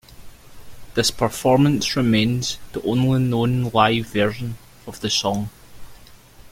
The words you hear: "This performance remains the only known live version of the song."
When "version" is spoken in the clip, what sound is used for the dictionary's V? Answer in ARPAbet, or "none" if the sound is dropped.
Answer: V